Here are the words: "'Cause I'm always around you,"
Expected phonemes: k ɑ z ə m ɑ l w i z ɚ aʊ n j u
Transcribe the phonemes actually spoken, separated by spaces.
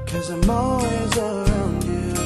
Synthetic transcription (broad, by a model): k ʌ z ə m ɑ w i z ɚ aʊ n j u